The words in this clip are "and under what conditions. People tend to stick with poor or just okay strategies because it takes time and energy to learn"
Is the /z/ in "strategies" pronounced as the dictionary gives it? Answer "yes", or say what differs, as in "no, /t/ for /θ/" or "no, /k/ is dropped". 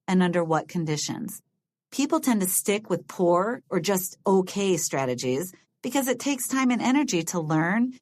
yes